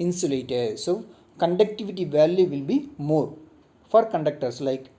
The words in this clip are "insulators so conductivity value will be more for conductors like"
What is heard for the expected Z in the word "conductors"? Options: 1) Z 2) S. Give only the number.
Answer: 2